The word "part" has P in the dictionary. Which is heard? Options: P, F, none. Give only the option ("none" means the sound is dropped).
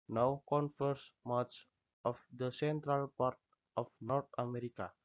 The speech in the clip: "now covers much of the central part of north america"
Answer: P